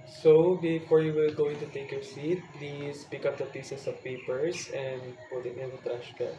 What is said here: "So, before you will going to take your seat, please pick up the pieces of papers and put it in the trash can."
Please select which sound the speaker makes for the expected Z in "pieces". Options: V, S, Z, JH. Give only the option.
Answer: S